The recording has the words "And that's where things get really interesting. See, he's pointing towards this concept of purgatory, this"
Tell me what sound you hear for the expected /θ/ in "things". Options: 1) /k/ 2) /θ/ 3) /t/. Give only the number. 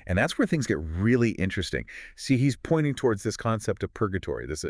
2